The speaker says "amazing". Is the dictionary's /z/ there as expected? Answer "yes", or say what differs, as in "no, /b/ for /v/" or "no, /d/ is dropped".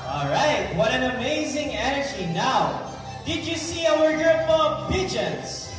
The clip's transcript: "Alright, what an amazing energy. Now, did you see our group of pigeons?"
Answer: yes